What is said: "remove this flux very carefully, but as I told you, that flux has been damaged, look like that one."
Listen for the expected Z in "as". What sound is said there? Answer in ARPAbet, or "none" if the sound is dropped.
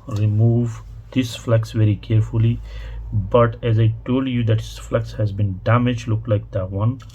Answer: Z